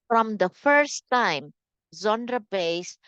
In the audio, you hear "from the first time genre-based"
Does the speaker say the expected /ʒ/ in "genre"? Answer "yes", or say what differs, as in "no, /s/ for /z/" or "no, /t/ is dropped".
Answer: no, /z/ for /ʒ/